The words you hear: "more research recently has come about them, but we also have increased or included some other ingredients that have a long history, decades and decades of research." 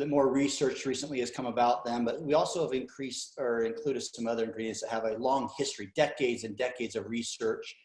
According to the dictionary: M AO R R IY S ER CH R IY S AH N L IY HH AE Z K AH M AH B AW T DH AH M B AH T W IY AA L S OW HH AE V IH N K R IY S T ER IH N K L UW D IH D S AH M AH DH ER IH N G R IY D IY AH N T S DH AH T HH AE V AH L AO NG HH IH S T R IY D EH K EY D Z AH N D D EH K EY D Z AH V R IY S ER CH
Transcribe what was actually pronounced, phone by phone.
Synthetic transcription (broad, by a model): M AO R R IY S ER CH R IY S AH N L IY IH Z K AH M AH B AW T DH AH M B AH T W IY AA L S OW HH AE V IH N K R IY S T ER IH N K L UW D IH D S AH M AH DH ER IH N G R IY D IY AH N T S DH AH T HH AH V AH L AO NG HH IH S T R IY D EH K EY D Z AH N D D EH K EY D Z AH V R IY S ER CH